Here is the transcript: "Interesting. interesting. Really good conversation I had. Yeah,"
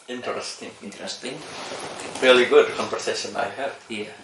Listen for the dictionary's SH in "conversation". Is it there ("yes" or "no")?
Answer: no